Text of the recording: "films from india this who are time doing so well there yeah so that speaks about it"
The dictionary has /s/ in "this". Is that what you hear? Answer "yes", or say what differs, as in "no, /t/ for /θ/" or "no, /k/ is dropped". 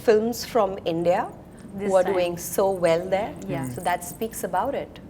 no, /s/ is dropped